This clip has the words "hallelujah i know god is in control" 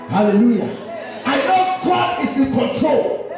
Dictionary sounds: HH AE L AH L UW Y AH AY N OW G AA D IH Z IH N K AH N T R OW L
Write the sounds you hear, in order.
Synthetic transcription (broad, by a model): HH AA L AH L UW Y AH AY N OW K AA IH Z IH K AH N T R OW L